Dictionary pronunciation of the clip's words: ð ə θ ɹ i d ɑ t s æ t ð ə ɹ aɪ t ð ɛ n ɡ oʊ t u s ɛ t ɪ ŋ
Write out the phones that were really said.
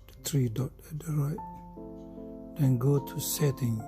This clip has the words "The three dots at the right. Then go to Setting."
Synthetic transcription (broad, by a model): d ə t ɹ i d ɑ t ɛ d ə ɹ aɪ t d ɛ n ɡ oʊ t u s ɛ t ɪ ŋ